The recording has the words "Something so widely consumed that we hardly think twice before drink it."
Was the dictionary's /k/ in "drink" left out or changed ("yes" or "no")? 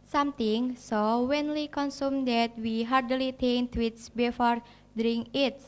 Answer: yes